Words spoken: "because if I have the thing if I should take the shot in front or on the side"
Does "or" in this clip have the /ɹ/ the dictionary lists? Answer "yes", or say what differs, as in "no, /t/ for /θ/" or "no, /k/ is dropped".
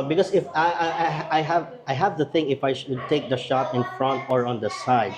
yes